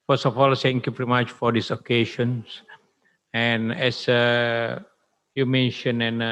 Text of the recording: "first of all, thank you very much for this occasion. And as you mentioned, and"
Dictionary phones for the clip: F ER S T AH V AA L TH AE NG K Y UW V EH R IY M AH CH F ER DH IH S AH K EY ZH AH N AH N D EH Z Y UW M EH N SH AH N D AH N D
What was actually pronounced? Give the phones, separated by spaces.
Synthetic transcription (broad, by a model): F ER S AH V AA L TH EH NG K Y UW V EH R IY M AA CH F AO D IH S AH K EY SH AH N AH N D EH S Y UW M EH N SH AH N AH N